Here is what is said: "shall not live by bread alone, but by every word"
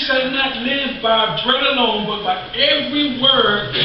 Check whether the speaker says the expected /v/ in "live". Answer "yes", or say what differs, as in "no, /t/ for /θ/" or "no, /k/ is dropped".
yes